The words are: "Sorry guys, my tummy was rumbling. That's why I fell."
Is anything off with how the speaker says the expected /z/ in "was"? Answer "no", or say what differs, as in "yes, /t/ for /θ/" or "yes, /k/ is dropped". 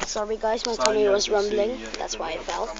no